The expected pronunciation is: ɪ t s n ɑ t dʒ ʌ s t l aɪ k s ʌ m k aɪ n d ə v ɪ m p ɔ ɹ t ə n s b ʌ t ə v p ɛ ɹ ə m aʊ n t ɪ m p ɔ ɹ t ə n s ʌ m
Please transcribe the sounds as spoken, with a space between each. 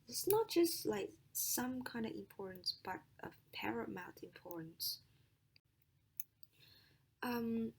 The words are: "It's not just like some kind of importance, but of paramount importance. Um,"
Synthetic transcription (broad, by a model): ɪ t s n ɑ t dʒ ʌ s t l aɪ k s ʌ m k aɪ n d ə v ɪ m p ɔ ɹ t n s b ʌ t ə v p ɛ ɹ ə m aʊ t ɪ m p ɔ ɹ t n s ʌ m